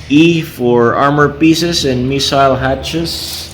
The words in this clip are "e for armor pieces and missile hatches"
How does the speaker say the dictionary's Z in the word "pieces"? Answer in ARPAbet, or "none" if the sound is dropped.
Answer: S